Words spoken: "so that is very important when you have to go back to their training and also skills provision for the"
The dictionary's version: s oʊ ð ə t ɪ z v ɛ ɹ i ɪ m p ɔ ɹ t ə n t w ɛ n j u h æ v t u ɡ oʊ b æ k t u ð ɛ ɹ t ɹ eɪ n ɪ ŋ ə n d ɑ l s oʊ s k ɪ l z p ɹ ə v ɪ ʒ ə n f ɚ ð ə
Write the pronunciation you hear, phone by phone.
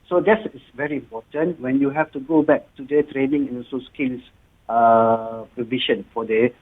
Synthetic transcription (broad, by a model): s oʊ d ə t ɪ s v ɛ ɹ i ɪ m p ɔ t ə n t w ɛ n j u h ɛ f t u ɡ oʊ b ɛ k t u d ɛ t ɹ eɪ n ɪ ŋ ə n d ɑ s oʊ s k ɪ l s p ɹ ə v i ʃ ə n f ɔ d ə